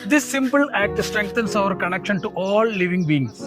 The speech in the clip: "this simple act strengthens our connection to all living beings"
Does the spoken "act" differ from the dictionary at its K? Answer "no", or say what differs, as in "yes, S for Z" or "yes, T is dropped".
no